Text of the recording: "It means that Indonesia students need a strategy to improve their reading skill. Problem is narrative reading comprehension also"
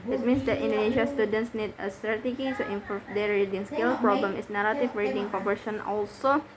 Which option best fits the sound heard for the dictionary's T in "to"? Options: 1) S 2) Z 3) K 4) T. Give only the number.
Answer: 1